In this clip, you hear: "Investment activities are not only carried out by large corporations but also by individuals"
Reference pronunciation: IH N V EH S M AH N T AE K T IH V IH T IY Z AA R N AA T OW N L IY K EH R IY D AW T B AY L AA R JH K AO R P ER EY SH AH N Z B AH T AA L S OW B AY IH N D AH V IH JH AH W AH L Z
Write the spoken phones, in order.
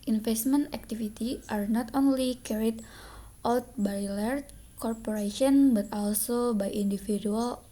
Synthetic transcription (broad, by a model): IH N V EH S M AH N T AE K T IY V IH T IY AA R N AA T OW N L IY K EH R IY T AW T B AY L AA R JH K AO R P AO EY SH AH N B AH T AA L S OW B AY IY N D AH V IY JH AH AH L